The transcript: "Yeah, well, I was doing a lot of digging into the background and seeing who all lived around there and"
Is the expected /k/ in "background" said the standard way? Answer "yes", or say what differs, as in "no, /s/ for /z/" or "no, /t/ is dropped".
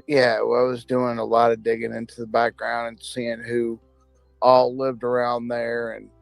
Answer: yes